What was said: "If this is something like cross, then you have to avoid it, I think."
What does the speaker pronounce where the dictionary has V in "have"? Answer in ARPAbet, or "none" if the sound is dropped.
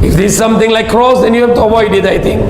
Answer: F